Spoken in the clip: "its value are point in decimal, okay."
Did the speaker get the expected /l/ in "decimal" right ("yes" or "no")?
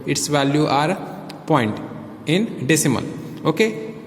no